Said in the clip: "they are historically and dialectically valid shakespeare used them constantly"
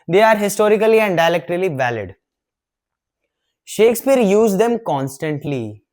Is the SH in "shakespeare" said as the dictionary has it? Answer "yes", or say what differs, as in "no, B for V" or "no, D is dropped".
yes